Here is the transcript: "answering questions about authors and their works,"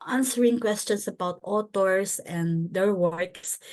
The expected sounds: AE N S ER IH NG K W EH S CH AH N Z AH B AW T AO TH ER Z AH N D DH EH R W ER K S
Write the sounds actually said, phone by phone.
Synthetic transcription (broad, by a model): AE N S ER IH NG K W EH S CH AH N S AH B AW T AO T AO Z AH N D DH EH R W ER K S